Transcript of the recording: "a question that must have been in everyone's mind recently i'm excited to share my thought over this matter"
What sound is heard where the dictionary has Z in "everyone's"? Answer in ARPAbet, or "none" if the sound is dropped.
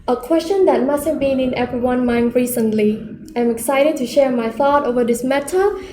none